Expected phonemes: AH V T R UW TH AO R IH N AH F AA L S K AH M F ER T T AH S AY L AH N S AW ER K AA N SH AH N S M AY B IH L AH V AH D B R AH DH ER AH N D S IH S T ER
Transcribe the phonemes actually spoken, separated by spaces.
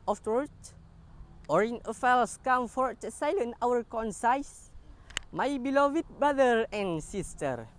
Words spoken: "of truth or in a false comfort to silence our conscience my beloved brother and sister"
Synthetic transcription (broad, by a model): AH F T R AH T AO R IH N AH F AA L S K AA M F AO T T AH S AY L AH N AW ER K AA N S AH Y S M AY B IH L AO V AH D B R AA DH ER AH N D S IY S T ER